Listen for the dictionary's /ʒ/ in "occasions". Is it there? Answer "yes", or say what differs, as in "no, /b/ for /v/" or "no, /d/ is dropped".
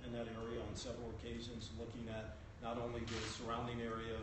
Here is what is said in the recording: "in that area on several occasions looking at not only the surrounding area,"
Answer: yes